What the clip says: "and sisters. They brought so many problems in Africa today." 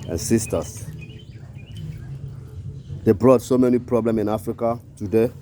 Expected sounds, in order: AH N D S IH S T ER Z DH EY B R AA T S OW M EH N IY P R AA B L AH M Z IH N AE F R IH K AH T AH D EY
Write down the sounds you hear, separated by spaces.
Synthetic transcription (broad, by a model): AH N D S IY S T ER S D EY B R AA T S OW M EH N IY P R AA B L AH M IH N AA F R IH K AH T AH D EY